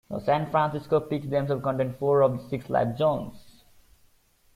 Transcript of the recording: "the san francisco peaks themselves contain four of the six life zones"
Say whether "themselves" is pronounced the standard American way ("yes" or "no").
no